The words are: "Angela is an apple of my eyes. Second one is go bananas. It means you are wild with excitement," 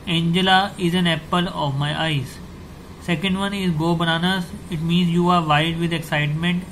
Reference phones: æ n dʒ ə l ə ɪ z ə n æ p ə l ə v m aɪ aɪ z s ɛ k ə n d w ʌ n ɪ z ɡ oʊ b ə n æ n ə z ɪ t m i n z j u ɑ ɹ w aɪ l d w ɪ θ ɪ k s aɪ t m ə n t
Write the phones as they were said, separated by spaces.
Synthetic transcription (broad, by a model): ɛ n dʒ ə l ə ɪ z ə n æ p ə l ə v m aɪ aɪ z s ɛ k ə n d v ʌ n ɪ z ɡ oʊ b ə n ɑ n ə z ɪ t m i n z j u ɑ ɹ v aɪ d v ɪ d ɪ k s aɪ t m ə n t